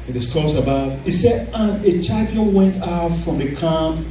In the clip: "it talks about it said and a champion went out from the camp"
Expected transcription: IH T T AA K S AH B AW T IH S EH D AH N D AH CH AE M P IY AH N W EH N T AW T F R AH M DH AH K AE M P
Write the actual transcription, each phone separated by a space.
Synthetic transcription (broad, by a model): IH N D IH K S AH B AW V IH S EH D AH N AH CH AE P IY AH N W EH N T AW T F R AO M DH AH K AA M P